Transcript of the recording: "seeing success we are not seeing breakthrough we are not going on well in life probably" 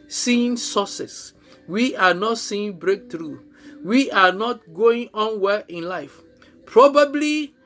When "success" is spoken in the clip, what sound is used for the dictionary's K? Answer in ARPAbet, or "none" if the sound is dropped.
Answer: none